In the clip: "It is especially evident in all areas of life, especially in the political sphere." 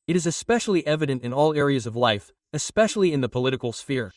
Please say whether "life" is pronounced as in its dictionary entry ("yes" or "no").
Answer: yes